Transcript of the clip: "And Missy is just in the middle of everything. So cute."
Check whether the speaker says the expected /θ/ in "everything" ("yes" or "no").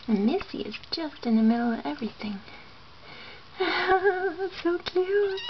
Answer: yes